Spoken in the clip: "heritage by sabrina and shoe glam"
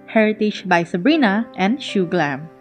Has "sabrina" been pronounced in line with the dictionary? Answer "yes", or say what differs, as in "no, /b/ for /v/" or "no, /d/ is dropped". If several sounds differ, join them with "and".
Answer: yes